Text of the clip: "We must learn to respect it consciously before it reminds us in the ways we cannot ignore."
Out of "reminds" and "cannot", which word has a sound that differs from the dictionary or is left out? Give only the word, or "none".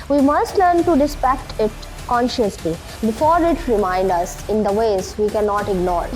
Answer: reminds